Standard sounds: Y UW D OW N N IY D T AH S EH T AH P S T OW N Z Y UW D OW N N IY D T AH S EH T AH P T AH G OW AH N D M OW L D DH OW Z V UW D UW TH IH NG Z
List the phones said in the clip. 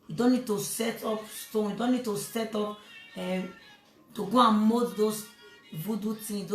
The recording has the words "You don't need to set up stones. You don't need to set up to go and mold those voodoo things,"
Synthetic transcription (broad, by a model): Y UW D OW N N IY D T AH S EH T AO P S T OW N Y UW D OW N N IY D T AH S EH T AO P T AH G OW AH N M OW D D OW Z V UW D UW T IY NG